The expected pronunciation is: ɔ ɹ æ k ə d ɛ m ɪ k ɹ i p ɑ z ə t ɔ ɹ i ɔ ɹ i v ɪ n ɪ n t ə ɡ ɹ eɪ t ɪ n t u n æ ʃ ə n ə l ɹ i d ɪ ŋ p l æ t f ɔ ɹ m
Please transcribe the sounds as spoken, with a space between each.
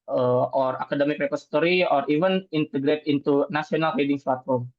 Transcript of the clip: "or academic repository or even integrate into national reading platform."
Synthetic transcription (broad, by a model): ɔ ɹ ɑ k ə d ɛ m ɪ k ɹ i p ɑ s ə t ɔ ɹ i ɔ ɹ i v ɪ n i n t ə ɡ ɹ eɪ t ɪ n t u n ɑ s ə n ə l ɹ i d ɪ ŋ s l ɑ t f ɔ ɹ m